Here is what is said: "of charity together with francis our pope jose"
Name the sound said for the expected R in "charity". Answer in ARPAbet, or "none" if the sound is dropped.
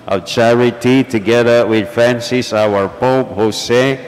R